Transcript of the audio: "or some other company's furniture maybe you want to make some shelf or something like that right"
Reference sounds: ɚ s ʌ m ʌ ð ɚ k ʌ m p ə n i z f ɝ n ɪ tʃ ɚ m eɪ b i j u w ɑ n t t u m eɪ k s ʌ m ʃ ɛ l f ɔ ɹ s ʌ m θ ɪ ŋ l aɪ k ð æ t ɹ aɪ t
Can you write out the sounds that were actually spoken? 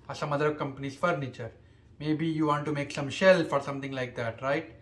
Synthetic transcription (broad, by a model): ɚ s ʌ m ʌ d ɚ k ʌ m p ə n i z f ɝ n ɪ tʃ ɚ m eɪ b i j u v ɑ n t t u m eɪ k s ʌ m ʃ ɛ l f ɔ ɹ s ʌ m t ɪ ŋ l aɪ k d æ t ɹ aɪ t